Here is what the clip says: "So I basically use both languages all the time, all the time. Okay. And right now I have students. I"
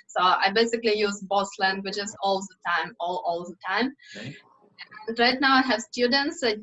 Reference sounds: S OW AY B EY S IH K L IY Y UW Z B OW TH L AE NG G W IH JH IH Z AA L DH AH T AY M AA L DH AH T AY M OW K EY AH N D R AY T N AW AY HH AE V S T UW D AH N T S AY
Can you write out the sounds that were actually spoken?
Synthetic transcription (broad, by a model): S OW AY B EY S IH K L IY Y UW Z B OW S L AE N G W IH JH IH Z AA L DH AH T AY M AA L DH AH T AY M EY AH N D R AY T N AW AY HH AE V S T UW D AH N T S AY